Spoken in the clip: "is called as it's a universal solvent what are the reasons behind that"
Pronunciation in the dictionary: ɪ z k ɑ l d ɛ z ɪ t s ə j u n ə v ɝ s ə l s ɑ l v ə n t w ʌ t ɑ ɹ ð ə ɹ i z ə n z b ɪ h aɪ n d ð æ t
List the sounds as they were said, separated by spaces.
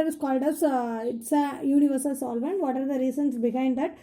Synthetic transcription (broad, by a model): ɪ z k ɑ l d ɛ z ɪ t s ə j u n ə v ɝ s ə l s ɑ l v ə n t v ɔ t ɑ ɹ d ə ɹ i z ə n s b ɪ h aɪ n d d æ t